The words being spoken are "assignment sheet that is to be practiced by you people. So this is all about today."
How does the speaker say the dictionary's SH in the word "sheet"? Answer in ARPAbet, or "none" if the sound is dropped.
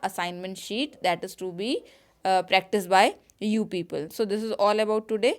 SH